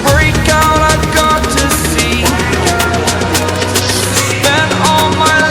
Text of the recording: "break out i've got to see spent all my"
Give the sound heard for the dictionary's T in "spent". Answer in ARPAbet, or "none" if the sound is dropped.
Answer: none